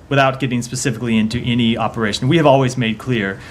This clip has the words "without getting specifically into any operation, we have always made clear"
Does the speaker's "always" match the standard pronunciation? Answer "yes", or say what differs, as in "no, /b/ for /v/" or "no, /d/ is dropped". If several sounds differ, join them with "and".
yes